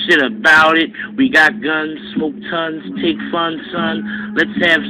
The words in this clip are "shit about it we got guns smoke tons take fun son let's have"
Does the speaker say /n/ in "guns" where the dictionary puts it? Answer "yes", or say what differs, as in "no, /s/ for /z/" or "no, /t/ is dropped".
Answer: yes